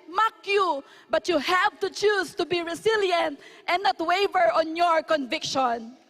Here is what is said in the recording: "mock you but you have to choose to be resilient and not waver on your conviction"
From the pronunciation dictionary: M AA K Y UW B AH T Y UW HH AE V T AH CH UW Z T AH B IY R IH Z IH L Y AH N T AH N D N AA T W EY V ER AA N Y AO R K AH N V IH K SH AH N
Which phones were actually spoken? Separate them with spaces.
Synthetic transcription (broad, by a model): M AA K Y UW B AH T Y UW HH AE V T AH CH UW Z T AH B IY R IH S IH L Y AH N T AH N N AA T W EY V ER AA N Y AO R K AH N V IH K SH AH N